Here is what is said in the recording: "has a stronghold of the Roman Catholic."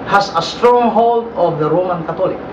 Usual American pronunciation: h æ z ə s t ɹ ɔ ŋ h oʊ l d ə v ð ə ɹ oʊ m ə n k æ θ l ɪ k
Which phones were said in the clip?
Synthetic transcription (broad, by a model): h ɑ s ə s t ɹ ɔ ŋ h oʊ l d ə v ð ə ɹ oʊ m ə n k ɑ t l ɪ k